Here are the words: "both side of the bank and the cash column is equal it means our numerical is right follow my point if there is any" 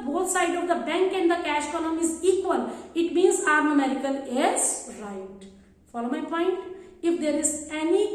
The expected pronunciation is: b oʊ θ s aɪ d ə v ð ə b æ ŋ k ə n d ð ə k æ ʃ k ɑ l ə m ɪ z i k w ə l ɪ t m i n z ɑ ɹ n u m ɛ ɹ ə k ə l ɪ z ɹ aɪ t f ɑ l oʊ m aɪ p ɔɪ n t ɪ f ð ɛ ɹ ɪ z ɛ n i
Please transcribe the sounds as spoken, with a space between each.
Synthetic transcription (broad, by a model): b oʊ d s aɪ d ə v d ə b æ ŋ k ə n d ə k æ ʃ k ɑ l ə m ɪ z i k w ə l ɪ t m i n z ɑ ɹ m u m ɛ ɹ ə k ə l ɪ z ɹ aɪ t f ɑ l oʊ m aɪ p ɔɪ n t ɪ f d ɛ ɹ ɪ z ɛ n i